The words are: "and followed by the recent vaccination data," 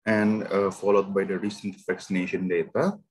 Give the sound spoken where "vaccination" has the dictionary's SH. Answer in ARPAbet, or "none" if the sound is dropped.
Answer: SH